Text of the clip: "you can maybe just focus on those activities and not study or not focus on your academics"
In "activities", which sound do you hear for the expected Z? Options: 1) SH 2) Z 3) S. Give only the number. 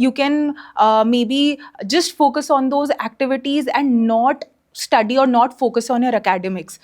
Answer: 2